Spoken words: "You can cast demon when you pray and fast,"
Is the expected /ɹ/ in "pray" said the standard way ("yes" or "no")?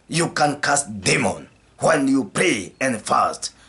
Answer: no